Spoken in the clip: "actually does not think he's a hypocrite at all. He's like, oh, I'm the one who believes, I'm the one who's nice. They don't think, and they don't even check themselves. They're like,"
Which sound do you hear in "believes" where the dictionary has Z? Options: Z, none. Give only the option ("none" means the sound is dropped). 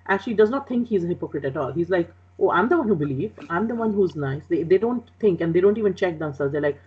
none